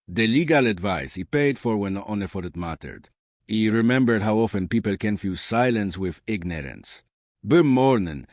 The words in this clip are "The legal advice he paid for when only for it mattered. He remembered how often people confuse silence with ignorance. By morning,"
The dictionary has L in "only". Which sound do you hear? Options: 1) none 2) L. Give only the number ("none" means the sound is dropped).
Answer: 1